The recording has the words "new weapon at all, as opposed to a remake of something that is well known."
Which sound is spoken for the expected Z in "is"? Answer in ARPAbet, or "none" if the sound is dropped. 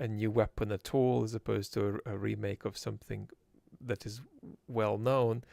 Z